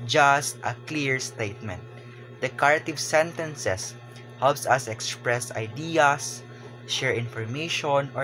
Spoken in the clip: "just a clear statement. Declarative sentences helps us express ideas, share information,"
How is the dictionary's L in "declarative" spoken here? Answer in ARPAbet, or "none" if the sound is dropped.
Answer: none